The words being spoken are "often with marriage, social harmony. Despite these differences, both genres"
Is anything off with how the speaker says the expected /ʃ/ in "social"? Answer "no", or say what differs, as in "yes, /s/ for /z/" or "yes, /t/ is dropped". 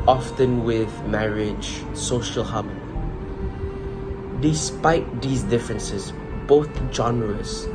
no